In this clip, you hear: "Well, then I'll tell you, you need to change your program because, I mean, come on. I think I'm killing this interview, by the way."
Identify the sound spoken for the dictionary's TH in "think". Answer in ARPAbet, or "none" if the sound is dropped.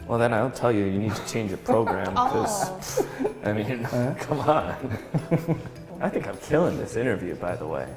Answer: TH